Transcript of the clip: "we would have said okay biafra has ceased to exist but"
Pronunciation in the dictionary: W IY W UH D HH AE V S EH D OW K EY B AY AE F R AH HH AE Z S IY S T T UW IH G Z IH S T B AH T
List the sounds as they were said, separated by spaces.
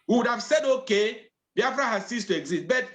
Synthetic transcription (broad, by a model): W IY W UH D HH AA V S EH D OW K EY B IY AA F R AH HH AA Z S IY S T T UW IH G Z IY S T B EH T